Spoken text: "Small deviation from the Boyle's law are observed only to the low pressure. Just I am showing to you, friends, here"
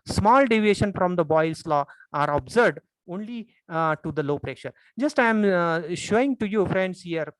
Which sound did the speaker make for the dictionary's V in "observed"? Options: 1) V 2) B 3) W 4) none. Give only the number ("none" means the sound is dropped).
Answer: 4